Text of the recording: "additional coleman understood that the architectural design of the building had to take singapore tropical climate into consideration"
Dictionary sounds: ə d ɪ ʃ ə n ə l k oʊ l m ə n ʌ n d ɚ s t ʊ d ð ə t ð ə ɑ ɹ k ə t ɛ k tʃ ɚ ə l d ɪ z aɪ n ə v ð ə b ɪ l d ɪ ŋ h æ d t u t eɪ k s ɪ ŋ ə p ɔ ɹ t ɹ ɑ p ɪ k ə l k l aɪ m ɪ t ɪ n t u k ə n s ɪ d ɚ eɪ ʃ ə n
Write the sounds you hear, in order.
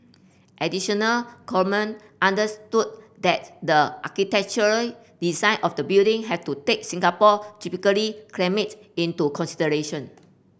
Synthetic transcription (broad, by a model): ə d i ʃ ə n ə l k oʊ m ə n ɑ n d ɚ s t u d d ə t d ə ɑ k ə t ɛ k tʃ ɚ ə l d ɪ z aɪ n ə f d ə b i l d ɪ ŋ h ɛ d t u t eɪ k s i ŋ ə p ɔ t i p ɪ k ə l k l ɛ m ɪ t ɪ n t u k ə n s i d ɚ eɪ ʃ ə n